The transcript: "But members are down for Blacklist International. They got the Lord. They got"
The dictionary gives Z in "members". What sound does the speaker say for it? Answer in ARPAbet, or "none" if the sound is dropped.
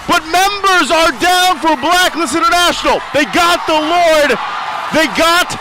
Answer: Z